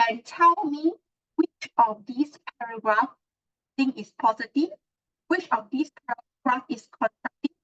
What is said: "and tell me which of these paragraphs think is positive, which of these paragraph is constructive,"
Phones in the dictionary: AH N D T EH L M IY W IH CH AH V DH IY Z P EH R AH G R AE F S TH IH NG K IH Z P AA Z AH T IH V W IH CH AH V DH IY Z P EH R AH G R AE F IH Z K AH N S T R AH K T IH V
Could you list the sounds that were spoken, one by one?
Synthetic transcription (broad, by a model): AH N T EH L M IY W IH CH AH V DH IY S P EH R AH G R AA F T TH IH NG IH S P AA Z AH T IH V W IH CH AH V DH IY S P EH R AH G R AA F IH S K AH N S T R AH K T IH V